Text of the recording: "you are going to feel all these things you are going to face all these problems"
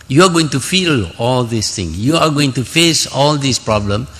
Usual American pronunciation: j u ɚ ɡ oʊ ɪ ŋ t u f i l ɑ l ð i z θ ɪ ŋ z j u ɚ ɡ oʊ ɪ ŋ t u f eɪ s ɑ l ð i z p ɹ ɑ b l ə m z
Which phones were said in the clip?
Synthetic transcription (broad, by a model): j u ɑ ɡ oʊ ɪ ŋ t u f i l ɑ l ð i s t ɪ ŋ j u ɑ ɡ oʊ ɪ ŋ t u f eɪ s ɑ l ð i s p ɹ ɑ b l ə m